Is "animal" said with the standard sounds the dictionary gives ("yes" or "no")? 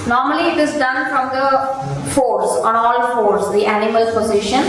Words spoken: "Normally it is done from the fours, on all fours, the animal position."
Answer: yes